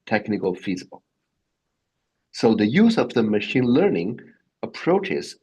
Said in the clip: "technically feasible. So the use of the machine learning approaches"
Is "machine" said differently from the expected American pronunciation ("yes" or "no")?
no